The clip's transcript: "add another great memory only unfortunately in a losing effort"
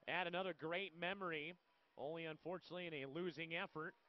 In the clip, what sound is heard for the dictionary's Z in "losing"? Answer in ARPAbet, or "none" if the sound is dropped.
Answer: Z